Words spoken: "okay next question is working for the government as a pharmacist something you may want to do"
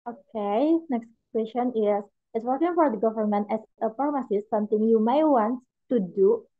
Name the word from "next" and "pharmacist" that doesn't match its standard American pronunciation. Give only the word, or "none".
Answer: pharmacist